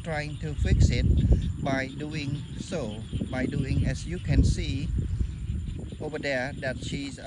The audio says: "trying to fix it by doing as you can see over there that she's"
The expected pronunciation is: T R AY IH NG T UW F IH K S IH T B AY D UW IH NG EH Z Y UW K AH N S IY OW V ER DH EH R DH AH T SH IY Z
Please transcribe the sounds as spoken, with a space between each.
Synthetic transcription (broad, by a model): T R AY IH NG T UW F IH K S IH T B AY D UW IH NG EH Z Y UW K AH N S IY OW V ER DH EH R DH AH T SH IY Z